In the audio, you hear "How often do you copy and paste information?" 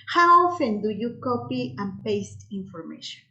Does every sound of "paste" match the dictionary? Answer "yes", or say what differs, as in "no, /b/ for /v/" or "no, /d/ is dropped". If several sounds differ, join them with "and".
yes